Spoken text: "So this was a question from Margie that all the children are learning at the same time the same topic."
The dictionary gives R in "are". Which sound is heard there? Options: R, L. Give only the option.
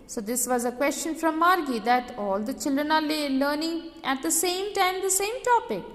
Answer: L